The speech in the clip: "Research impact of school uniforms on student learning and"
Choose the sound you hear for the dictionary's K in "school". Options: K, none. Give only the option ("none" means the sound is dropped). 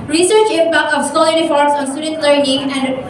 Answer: none